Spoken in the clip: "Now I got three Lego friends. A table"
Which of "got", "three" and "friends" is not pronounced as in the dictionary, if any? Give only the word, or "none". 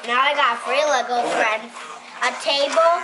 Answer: three